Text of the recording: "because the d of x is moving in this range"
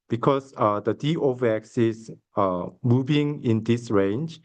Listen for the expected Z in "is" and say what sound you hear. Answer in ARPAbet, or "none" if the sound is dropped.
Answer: S